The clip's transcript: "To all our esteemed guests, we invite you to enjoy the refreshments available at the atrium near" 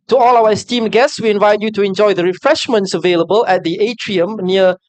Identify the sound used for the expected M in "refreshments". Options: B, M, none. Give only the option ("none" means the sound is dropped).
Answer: M